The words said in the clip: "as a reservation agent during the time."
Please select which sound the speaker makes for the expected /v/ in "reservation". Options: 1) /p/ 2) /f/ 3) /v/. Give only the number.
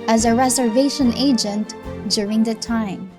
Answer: 3